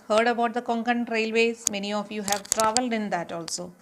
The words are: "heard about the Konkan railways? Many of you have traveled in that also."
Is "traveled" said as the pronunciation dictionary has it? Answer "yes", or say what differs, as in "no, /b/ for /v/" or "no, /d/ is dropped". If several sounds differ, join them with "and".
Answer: yes